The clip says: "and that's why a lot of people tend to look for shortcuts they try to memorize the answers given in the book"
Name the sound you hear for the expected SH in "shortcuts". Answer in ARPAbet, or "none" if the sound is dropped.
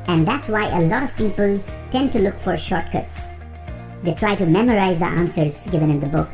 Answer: SH